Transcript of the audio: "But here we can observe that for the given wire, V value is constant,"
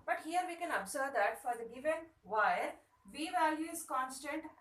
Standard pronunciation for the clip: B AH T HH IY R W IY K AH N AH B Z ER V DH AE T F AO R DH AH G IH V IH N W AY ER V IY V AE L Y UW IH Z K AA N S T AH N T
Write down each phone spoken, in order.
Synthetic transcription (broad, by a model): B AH T HH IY R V IY K AH N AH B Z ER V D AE T F AO R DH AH G IH V IH N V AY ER V IY V AE L Y UW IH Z K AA N S T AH N T